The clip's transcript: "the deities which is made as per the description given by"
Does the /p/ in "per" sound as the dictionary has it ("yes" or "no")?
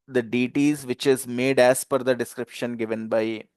no